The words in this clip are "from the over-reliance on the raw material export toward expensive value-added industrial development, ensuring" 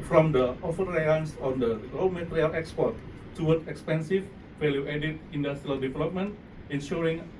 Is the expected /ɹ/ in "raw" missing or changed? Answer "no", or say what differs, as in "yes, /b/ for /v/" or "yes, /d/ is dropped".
yes, /l/ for /ɹ/